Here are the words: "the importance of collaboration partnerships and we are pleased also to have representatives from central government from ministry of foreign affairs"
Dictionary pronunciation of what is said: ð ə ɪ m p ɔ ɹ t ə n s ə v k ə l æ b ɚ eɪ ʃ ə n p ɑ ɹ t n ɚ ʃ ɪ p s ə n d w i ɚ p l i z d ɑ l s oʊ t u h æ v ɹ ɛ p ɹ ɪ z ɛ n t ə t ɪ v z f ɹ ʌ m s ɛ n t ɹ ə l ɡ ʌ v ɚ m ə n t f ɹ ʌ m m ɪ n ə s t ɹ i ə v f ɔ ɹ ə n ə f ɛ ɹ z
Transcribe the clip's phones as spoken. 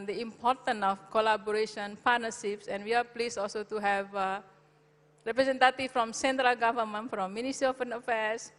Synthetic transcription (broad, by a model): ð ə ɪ m p ɔ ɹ t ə n ə f k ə l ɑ b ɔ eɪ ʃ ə n p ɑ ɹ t n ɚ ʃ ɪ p s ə n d w i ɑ p l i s ɑ l s oʊ t u h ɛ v ɹ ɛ p ɹ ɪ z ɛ n t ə t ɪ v f ɹ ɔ m s ɛ n t ɹ ə l ɡ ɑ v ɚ m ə n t f ɹ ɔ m m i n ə s t ɹ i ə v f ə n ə f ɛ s